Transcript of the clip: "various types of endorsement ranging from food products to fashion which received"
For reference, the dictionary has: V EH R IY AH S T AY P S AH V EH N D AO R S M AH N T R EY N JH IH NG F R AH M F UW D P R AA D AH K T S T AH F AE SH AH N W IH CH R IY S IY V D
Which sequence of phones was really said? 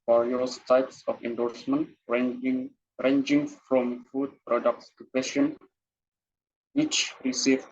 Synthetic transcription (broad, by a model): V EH R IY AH S T AY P S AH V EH N D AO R S M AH N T R EY N JH IH NG F R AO M F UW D P R AA D AH K T S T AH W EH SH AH N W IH CH R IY S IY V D